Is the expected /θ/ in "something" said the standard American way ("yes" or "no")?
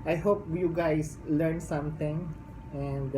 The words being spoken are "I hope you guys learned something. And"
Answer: no